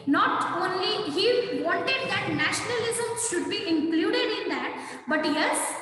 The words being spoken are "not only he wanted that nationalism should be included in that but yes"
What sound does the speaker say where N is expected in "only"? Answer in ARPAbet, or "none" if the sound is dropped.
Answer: N